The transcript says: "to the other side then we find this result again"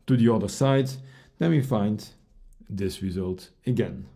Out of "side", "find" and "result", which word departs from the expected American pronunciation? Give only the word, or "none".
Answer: none